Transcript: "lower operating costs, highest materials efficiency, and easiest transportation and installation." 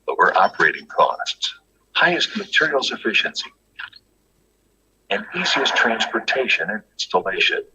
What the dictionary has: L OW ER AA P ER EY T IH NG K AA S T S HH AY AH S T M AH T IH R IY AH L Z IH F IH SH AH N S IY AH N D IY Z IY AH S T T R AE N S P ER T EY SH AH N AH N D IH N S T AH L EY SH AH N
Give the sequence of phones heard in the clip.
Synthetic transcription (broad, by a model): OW ER AA P ER EY T IH NG K AA S T S HH AY AH S T M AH T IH R IY L S IH F IH SH AH N S IY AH N IY Z IY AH S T T R AE N S P ER T EY SH AH N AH N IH N S T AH L EY SH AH N